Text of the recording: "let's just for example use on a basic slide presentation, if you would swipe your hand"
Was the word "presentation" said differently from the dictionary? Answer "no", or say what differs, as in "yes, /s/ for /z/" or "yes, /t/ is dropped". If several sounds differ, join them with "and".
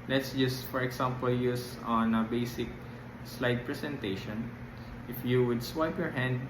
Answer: yes, /s/ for /z/